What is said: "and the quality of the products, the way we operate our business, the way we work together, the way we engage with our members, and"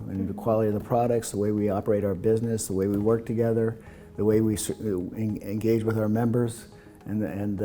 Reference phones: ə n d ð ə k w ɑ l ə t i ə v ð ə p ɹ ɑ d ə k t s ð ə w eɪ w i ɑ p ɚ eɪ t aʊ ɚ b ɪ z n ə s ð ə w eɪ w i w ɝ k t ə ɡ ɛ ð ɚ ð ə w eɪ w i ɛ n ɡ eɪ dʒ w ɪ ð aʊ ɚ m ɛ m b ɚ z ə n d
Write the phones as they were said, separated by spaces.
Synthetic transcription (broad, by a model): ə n ð ə k w ɑ l ə t i ə v ð ə p ɹ ɑ d ə k t s ð ə w eɪ w i ɑ p ɚ eɪ t aʊ ɚ b ɪ z n ə s ð ə w eɪ w i w ɝ k t ə ɡ ɛ ð ɚ ð ə w eɪ w i ɛ n ɡ eɪ dʒ w ɪ ð aʊ ɚ m ɛ m b ɚ z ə n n